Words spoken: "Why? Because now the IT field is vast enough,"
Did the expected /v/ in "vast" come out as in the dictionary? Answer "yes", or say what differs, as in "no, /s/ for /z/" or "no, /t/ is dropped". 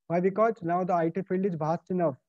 no, /b/ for /v/